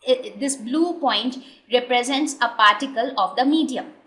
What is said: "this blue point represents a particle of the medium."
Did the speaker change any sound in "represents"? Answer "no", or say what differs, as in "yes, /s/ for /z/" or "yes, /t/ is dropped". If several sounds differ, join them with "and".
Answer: no